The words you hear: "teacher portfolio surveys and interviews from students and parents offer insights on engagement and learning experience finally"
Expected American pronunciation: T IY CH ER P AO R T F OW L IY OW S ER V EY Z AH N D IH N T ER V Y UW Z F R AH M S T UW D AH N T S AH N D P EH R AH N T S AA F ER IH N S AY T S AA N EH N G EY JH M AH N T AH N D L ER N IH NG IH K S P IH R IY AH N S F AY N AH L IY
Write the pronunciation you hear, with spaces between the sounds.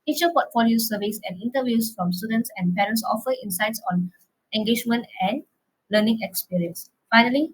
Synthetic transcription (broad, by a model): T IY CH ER P AO T F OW L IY OW S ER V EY S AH N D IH N T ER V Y UW S F R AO M S T UW D AH N T S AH N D P EH R AH N T S AA F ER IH N S AY T S AA N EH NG G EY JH M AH N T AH N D L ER N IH NG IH K S P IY R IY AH N S F AY N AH L IY